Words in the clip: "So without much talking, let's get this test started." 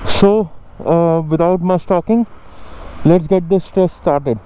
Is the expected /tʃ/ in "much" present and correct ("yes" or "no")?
no